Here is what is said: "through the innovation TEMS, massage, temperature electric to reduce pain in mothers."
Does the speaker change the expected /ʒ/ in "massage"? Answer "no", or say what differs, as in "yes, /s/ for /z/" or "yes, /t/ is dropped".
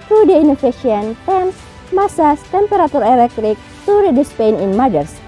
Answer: yes, /s/ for /ʒ/